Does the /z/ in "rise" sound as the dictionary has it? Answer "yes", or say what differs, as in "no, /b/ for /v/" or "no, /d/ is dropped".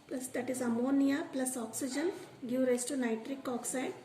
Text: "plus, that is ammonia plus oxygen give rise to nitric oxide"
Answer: no, /s/ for /z/